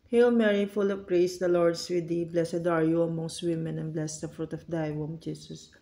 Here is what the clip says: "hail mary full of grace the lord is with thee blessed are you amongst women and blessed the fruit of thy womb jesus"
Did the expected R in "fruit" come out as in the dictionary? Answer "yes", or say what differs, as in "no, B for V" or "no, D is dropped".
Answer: yes